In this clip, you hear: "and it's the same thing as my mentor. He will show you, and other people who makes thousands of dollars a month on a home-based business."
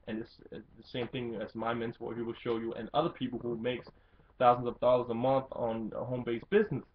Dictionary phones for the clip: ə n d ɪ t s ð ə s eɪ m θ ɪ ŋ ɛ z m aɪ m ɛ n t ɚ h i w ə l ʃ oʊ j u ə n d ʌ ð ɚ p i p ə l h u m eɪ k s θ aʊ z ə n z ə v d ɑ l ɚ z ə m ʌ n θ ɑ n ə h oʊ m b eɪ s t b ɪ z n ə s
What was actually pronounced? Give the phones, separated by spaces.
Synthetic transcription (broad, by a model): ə n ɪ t s ð ə s eɪ m θ ɪ ŋ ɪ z m aɪ m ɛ n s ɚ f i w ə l ʃ oʊ j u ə n ʌ ð ɚ p i p l h u m eɪ k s θ aʊ z n z ə v d ɑ l ɚ z ə m ʌ n θ n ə h oʊ m b eɪ s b ɪ z n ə s